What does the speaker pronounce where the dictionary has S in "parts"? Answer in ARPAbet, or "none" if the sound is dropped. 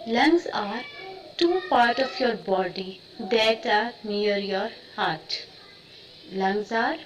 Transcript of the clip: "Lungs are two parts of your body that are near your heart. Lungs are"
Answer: none